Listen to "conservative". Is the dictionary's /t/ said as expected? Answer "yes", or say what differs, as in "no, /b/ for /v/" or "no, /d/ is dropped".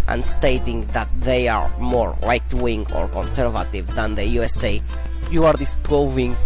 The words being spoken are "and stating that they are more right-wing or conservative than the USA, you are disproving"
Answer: yes